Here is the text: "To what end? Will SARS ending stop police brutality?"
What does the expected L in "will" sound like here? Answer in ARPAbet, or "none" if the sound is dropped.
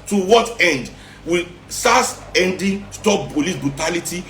L